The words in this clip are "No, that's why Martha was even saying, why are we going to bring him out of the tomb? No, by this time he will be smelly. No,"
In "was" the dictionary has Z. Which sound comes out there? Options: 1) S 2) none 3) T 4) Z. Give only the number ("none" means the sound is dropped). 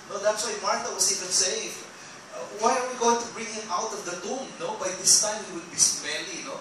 1